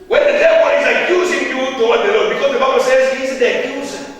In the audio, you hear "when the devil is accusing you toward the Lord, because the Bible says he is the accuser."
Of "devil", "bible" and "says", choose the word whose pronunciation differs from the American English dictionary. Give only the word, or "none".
devil